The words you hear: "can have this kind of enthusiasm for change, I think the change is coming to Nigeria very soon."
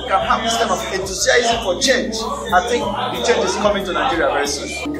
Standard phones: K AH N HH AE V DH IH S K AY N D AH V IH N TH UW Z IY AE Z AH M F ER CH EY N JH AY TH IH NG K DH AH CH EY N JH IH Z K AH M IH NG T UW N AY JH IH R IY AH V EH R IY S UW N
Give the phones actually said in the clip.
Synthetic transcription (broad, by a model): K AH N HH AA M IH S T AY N AH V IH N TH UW S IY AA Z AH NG F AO CH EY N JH AY TH IH NG K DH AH CH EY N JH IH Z K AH M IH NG T UW N AY JH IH R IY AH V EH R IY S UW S